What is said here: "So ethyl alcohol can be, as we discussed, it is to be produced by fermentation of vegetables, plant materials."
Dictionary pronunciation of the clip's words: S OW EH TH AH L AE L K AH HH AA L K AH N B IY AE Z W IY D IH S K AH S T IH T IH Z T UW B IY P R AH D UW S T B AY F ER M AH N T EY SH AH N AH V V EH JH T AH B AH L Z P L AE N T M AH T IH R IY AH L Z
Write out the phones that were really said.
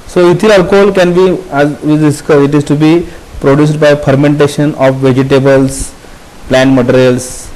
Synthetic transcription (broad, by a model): S OW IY T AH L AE L K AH HH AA L K AH N B IY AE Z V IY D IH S K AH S IH T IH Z T UW B IY P R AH D UW S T B AY F ER M AH N T EY SH AH N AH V V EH JH T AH B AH L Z P L AE N T M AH T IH R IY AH L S